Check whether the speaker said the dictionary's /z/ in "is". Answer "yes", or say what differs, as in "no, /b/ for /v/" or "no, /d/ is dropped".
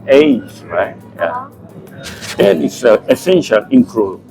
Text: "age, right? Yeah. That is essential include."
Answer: no, /s/ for /z/